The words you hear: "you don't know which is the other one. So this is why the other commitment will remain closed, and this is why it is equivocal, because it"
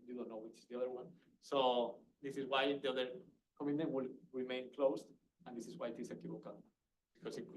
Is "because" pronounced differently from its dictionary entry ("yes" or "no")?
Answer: yes